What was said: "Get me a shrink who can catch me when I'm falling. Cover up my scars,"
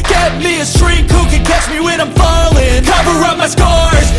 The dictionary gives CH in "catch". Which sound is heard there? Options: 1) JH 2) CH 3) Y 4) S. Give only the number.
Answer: 2